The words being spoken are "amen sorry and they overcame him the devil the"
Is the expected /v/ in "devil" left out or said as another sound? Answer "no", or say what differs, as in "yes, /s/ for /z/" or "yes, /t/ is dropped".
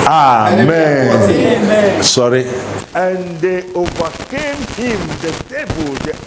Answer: yes, /b/ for /v/